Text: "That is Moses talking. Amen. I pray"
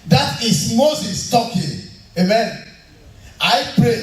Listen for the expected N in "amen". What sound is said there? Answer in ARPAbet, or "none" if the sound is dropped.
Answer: N